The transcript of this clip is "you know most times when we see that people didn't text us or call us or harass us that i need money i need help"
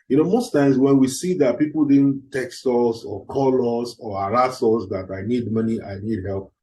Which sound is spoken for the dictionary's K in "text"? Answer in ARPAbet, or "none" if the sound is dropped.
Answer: K